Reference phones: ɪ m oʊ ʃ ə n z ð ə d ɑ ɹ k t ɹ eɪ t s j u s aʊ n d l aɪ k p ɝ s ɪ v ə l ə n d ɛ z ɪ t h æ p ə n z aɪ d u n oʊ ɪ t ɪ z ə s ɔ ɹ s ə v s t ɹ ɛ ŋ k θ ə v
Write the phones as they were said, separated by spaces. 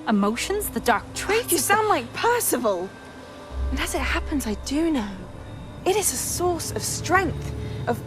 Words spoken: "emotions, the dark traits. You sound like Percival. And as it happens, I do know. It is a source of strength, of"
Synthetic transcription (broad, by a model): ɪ m oʊ ʃ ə n z ð ə d ɑ ɹ k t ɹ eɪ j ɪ s aʊ n d l aɪ k p ɝ s ɪ v ə l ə n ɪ z ɪ t h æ p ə n z aɪ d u n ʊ ɪ t ɪ z ə s ɔ ɹ s ə v s t ɹ ɛ ŋ k θ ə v